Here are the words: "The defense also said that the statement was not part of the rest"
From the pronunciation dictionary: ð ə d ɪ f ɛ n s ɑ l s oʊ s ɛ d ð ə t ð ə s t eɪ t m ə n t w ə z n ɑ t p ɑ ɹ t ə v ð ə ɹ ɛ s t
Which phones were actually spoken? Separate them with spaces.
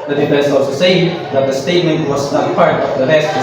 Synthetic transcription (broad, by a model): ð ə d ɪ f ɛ s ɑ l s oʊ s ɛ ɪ ð ə t ð ə s t eɪ t m ə n t w ə z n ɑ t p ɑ ɹ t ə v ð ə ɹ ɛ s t